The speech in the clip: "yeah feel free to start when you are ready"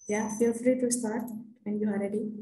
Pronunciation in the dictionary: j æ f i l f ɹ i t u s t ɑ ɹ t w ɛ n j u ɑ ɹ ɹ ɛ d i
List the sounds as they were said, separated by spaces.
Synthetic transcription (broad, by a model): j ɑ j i f ɹ i t u s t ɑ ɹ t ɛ n j u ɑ l ɹ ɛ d i